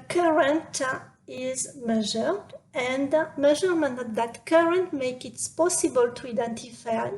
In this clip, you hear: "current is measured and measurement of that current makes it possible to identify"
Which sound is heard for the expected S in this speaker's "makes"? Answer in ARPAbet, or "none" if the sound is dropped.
none